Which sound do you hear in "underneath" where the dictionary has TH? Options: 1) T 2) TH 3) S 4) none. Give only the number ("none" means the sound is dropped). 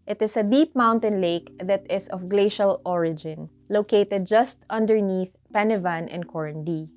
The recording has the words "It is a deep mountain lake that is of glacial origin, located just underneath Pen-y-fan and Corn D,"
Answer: 2